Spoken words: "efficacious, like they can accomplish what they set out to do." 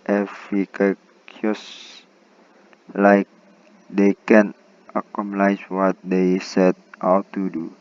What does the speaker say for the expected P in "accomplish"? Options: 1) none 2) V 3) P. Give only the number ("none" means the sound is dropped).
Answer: 1